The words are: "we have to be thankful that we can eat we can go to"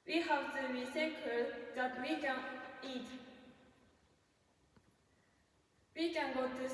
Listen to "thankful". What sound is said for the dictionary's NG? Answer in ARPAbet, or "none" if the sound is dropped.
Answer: none